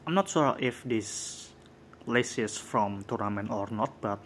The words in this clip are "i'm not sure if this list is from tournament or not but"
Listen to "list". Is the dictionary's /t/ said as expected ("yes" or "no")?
no